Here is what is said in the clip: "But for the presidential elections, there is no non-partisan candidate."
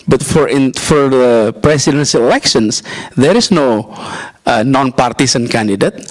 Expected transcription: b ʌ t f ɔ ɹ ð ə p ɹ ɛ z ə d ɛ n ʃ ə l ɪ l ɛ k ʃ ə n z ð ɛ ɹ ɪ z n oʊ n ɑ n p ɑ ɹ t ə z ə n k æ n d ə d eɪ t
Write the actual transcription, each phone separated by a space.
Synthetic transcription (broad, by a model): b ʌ t f ɔ ɹ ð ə p ɹ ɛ s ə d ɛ n s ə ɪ l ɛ k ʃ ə n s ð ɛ ɹ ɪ s n oʊ n ɑ n p ɑ ɹ t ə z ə n k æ n d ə d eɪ t